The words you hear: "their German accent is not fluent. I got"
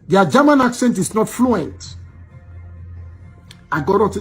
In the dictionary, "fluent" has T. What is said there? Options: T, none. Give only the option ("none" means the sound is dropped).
T